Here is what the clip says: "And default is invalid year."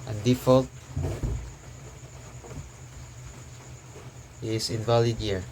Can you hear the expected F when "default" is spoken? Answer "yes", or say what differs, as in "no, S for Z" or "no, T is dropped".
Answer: yes